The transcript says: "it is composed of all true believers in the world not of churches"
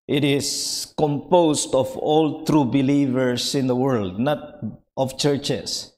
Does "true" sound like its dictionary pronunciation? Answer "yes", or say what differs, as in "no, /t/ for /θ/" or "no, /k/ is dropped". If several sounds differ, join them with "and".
yes